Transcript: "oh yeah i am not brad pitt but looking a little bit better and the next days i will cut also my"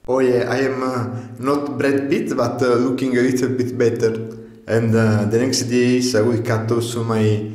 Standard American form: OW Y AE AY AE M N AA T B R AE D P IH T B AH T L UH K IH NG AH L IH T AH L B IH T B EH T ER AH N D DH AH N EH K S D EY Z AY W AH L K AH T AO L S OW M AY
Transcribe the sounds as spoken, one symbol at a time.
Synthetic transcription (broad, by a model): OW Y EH AY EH M N AA T B R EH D B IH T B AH T L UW K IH NG AH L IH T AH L B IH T B EH T ER AH N D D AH N EH K S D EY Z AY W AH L K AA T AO S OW M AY